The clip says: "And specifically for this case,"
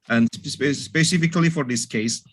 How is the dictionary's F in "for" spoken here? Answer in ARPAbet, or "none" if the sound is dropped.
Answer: F